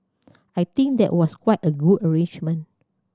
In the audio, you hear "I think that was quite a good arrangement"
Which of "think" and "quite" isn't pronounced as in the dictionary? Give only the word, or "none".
think